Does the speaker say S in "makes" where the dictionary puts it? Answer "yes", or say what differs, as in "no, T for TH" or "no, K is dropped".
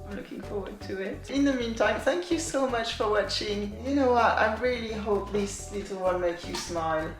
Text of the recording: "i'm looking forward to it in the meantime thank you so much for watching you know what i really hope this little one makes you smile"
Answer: no, S is dropped